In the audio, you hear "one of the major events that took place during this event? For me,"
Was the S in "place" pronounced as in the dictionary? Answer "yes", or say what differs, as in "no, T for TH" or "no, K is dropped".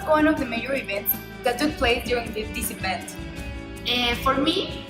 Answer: no, S is dropped